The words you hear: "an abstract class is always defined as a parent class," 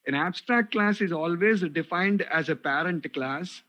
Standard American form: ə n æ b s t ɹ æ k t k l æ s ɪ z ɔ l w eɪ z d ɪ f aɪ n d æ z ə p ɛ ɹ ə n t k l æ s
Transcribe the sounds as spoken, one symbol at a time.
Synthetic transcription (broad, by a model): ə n æ b s t ɹ æ k t k l æ s ɪ z ɔ l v eɪ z d ɪ f aɪ n d æ z ə p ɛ ɹ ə n t k l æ s